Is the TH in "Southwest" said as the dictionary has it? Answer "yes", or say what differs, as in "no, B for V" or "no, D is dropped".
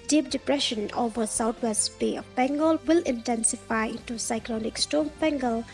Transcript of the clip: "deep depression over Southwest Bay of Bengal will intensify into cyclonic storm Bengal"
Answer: no, T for TH